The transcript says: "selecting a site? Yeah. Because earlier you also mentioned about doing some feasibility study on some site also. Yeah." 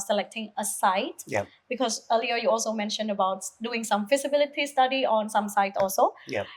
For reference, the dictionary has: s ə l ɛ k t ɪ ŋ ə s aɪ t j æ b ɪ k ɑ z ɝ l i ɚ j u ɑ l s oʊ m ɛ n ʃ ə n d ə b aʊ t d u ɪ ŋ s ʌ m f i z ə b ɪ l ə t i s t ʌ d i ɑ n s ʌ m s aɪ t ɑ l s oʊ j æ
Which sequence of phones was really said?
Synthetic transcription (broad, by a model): s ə l ɛ k t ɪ ŋ ə s aɪ t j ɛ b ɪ k ɑ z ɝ l i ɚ j u ɑ l s oʊ m ɛ n ʃ ə n d ə b aʊ t d u ɪ ŋ s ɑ m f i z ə b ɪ l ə t i s t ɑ d i ɑ n s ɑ m s aɪ t ɑ l s oʊ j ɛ